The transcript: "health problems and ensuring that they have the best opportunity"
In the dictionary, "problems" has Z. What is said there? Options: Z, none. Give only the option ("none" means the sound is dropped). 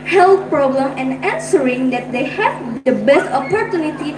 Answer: none